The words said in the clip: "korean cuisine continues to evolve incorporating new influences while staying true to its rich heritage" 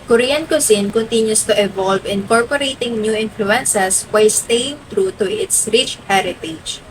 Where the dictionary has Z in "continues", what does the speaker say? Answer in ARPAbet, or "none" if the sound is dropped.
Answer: S